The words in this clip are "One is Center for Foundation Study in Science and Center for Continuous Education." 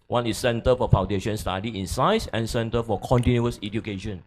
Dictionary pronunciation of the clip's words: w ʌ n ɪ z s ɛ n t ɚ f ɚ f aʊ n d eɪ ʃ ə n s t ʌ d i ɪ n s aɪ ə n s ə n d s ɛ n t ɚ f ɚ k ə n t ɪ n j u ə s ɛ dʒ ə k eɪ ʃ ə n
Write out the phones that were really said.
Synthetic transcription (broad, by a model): w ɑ n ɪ s ɛ n t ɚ f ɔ f aʊ n d eɪ ʃ ə n s t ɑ d i ɪ n s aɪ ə s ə n s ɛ n t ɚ f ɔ k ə n t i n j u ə s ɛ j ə k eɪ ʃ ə n